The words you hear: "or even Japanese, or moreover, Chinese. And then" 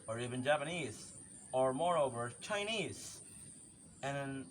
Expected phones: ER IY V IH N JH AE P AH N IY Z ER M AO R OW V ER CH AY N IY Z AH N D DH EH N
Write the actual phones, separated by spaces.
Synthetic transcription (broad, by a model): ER IY V IH N JH AE P AH N IY Z ER M AO R OW V ER CH AY N IY Z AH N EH N